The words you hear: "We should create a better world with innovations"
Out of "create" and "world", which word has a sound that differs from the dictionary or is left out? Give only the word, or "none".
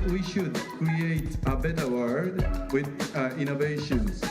world